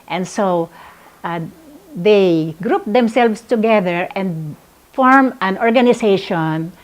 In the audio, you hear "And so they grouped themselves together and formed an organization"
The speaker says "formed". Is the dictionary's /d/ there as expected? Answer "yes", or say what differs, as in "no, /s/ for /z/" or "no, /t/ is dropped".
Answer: no, /d/ is dropped